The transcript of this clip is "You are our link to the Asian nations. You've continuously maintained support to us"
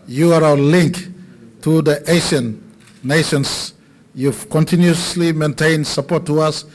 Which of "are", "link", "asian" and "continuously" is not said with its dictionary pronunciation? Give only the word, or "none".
asian